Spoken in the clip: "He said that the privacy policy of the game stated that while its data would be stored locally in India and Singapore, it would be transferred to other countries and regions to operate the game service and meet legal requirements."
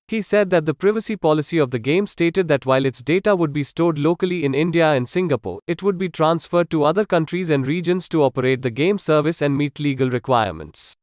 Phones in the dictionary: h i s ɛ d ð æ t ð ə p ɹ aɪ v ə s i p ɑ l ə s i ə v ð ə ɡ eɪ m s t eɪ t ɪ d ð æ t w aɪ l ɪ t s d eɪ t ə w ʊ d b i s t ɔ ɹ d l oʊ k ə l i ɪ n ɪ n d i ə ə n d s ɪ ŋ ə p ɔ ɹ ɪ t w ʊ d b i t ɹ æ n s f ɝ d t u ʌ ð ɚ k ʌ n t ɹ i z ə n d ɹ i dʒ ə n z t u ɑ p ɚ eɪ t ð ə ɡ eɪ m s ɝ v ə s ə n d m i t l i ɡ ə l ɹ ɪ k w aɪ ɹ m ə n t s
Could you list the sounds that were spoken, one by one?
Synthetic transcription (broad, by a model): h i s ɛ d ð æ t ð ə p ɹ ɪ v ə s i p ɑ l ə s i ə v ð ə ɡ eɪ m s t eɪ t ɪ d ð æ t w aɪ l ɪ t s d eɪ t ə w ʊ d b i s t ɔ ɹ d l oʊ k ə l i ɪ n ɪ n d i ə ə n d s ɪ ŋ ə p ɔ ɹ ɪ t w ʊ d b i t ɹ æ n s f ɝ d t u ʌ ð ɚ k ʌ n t ɹ i z ə n d ɹ i dʒ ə n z t u ɑ p ɚ eɪ t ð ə ɡ eɪ m s ɝ v ə s ə n d m i t l i ɡ ə l ɹ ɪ k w aɪ ɹ m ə n t s